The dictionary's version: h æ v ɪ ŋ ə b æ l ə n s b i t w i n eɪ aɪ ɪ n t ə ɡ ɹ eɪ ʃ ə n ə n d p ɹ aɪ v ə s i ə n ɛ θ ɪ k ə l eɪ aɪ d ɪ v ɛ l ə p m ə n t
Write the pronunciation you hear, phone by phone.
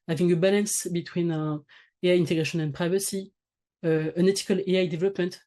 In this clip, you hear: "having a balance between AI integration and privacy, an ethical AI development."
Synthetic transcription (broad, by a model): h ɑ v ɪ ŋ ə b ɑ l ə n s b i t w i n eɪ aɪ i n t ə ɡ ɹ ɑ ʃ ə n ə n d p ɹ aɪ v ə s i ə n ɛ t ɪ k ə l eɪ aɪ d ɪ v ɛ l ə p m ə n t